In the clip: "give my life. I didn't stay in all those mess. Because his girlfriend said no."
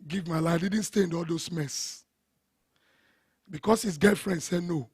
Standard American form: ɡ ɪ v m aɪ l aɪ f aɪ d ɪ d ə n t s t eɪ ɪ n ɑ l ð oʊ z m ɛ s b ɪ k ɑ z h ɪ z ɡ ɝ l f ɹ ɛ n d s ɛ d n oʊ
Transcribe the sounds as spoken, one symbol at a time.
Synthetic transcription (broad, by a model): ɡ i v m aɪ l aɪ aɪ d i d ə n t s t eɪ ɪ n ɑ l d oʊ s m ɛ s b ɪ k ɑ s h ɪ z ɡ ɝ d f ɹ ɛ n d s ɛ n oʊ